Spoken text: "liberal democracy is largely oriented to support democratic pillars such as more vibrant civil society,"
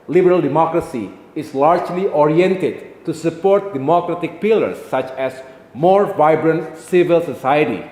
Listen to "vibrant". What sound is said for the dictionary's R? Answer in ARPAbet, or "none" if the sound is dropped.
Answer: R